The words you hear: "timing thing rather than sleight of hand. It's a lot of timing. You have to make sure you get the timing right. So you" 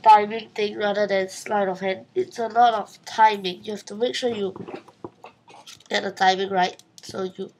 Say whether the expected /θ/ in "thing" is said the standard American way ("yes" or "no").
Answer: no